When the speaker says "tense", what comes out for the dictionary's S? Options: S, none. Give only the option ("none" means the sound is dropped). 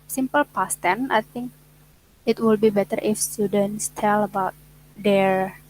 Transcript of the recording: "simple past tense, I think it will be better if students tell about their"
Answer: none